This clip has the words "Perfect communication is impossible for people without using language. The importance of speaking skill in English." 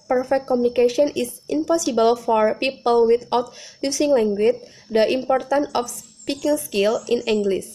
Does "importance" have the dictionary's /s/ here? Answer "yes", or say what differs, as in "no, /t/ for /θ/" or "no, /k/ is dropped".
no, /s/ is dropped